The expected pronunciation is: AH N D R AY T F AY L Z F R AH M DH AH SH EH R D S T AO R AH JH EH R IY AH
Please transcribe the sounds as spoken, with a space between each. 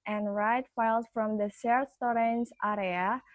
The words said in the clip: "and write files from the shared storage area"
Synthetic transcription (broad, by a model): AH N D R AY T F AY L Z F R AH M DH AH S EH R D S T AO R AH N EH R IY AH